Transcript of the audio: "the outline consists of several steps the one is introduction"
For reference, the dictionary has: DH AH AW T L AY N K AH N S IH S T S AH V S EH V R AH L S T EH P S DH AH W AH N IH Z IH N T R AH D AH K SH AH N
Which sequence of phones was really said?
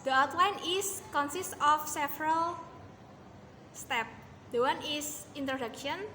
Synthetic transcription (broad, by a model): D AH AW T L AY N K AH N S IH S T AH F S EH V R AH L S T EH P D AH W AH N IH S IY N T R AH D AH K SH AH N